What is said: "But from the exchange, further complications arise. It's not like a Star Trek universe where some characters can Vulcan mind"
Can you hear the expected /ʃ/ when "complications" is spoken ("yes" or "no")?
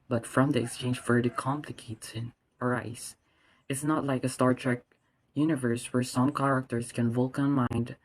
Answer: no